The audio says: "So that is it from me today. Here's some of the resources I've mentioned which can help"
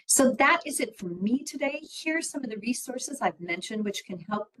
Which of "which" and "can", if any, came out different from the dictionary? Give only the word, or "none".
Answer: none